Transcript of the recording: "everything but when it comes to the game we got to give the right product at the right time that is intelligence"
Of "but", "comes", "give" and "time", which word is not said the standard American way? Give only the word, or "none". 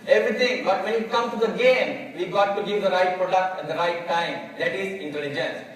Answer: comes